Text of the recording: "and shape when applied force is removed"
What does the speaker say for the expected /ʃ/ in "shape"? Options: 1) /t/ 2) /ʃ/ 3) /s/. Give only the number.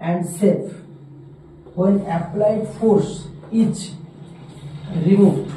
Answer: 3